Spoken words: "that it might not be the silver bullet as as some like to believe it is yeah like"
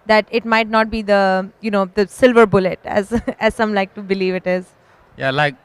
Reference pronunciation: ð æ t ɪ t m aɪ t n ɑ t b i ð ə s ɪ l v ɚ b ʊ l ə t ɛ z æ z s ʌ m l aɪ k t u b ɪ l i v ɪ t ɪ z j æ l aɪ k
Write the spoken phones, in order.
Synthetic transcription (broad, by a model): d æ t ɪ t m aɪ t n ɑ t b i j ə s ɪ l v ɚ b ʊ l ə t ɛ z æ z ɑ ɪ m l aɪ k t u b ɪ l i v ɪ t ɪ z j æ l aɪ k